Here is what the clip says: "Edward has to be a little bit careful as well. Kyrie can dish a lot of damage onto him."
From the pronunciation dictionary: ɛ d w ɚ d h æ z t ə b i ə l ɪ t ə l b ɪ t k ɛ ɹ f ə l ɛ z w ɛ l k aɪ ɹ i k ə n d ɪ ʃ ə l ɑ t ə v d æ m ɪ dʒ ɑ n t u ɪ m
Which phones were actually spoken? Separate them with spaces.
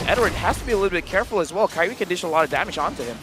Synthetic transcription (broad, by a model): ɛ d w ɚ d h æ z t ə b i ə l ɪ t l b ɪ t k ɛ ɹ f l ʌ z w ɛ l k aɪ w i k ə n d ɪ ʃ ə l ɑ t ə v d æ m ɪ dʒ ɑ n t u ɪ m